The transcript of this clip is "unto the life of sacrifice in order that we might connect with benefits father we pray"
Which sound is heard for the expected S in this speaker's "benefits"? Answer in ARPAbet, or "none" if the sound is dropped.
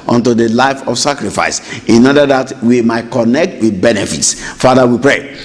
S